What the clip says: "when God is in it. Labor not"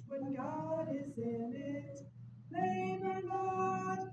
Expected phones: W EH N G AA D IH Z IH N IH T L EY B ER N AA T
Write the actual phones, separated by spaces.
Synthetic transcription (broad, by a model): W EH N G AA D IH Z IH N IH T N EY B ER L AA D